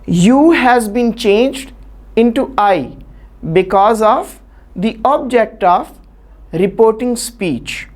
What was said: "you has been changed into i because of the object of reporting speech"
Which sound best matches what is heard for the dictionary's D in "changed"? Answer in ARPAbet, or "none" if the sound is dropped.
D